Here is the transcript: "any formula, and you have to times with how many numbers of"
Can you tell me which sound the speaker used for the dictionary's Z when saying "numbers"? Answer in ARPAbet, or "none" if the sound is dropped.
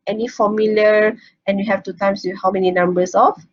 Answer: S